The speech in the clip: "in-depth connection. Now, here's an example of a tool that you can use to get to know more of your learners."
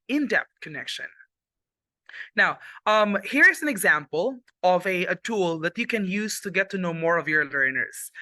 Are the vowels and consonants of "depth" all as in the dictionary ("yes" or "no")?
no